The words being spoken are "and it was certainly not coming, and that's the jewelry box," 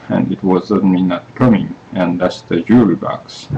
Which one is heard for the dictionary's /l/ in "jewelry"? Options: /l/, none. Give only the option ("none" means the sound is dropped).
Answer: none